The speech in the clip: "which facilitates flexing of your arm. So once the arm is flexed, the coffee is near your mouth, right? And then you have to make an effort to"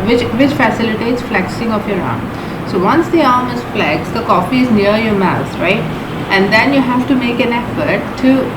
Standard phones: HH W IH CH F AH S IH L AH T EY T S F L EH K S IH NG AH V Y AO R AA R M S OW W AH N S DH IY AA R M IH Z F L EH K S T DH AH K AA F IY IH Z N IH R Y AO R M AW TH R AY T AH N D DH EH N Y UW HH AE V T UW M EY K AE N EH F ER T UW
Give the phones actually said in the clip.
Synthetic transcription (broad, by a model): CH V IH CH F AH S IH L AH T EY T S F L EH K S IH NG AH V Y AO R AA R M S OW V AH N S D IY AA R M IH Z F L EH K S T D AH K AA F IY IH Z N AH R Y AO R M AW S R AY T AH N D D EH N Y UW HH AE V T UW M EY K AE N EH F ER T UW